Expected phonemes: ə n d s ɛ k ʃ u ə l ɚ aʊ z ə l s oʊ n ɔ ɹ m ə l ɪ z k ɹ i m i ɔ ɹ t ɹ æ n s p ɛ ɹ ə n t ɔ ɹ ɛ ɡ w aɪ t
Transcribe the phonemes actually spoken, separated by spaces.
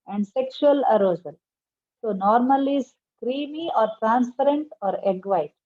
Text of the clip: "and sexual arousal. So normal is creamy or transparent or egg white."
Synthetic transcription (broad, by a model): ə n d s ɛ k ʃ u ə l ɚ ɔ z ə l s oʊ n ɔ ɹ m ə l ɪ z k ɹ i m i ɔ ɹ t ɹ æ n s p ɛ ɹ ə n t ɔ ɹ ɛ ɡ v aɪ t